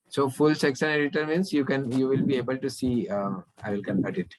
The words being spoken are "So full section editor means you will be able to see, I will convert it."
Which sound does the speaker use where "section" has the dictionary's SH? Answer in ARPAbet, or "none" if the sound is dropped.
S